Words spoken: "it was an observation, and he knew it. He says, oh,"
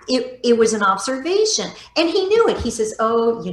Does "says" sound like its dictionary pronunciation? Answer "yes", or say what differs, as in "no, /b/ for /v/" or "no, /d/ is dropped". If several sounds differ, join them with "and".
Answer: yes